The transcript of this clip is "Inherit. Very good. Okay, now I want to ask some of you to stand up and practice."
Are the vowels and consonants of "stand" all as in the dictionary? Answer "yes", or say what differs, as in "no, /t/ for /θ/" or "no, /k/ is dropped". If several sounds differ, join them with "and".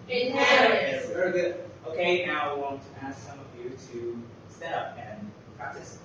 no, /n/ is dropped